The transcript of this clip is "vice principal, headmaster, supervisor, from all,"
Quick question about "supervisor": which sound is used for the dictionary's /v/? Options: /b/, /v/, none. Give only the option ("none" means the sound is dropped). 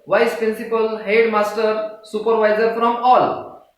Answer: /v/